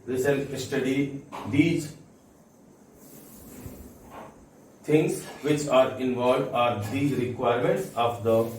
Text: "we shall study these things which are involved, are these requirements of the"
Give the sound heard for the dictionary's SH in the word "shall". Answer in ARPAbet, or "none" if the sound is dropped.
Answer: S